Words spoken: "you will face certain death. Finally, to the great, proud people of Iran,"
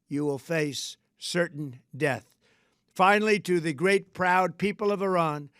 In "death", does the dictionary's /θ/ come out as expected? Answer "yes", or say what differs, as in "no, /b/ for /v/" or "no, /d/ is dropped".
yes